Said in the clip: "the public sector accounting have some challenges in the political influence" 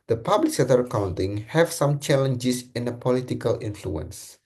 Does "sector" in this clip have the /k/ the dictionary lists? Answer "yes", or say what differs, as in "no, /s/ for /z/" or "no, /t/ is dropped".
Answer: no, /k/ is dropped